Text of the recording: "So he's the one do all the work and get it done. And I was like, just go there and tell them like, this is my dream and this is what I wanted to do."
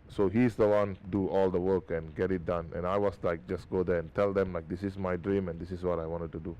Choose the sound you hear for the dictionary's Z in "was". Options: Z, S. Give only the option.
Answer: S